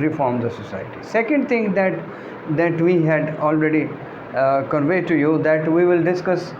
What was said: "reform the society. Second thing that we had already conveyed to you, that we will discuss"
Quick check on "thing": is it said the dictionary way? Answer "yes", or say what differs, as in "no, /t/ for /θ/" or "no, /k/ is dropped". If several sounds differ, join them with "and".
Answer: no, /t/ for /θ/